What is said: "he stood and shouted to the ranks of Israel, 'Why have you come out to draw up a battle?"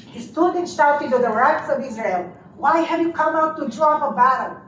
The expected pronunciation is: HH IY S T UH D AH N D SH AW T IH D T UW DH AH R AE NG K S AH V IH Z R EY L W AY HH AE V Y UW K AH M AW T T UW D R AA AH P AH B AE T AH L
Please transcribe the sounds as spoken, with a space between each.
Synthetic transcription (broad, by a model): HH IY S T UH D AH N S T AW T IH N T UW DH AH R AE K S AH V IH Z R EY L W AY HH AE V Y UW K AH M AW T T UW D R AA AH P AH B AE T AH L